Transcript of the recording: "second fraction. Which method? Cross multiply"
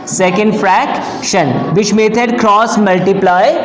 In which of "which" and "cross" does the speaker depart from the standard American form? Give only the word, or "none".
which